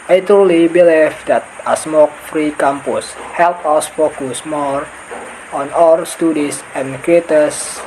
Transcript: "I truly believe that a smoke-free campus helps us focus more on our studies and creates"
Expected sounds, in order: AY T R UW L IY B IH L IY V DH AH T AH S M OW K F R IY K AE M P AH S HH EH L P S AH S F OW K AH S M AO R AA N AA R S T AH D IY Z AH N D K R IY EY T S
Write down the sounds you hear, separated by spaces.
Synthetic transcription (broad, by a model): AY T R UW L IY B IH L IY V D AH T AH S M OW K F R IY K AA M P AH S HH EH L P AH S F OW K AH S M AO R AA N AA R S T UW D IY S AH N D K R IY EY T S